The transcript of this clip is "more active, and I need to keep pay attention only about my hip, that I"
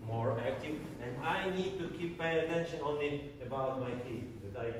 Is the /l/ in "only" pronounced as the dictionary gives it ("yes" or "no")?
no